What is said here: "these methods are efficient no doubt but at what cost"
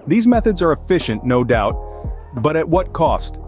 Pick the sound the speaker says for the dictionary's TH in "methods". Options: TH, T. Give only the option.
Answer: TH